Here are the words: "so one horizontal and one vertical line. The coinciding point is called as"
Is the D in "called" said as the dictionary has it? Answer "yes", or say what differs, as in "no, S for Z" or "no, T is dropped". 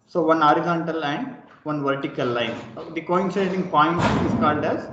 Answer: yes